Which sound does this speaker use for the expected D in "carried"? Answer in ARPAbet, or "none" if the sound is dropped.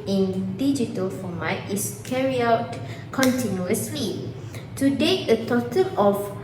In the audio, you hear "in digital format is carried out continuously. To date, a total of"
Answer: none